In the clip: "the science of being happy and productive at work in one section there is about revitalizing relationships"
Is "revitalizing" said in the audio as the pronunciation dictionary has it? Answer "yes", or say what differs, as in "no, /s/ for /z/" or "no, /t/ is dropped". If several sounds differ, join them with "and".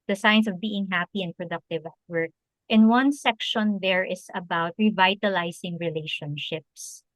no, /s/ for /z/